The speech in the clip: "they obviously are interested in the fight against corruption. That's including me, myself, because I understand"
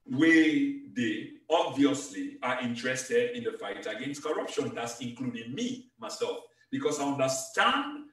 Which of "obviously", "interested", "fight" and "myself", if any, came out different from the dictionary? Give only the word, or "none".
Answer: none